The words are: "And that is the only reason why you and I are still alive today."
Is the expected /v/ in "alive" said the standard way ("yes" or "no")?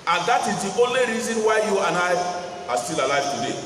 no